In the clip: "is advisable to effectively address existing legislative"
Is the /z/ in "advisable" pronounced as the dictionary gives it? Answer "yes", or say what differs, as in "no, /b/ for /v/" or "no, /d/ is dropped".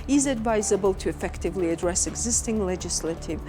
yes